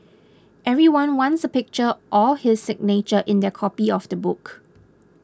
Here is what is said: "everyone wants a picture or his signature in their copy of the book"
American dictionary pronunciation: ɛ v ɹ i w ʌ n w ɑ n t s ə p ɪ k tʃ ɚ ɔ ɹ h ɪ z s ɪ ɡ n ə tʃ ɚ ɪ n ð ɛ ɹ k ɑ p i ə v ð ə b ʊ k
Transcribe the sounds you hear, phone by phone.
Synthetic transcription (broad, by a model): ɛ v ɹ i w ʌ n w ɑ n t s ə p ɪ k tʃ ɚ ɔ l h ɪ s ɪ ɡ n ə tʃ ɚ ɪ n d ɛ k ɑ p i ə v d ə b ʊ k